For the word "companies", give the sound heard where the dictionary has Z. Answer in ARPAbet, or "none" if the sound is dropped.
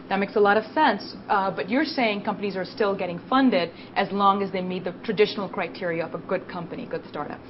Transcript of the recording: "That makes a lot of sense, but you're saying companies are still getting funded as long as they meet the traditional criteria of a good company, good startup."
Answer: Z